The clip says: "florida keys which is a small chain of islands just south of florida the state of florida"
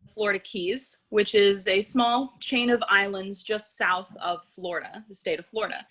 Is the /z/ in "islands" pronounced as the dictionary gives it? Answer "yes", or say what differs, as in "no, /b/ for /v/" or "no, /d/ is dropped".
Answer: yes